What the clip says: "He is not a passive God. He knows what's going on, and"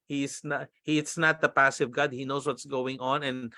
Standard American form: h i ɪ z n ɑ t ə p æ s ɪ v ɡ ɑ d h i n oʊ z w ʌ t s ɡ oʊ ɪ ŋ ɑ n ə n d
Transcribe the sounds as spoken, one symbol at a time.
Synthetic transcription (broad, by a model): h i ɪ s n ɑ t ə p æ s ɪ v ɡ ɑ d h i n oʊ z w ʌ t s ɡ oʊ ɪ ŋ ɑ n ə n